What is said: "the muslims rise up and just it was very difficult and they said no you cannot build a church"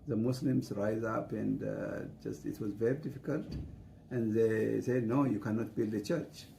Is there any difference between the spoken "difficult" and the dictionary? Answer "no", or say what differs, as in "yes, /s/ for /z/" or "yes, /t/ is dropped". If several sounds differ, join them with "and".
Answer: no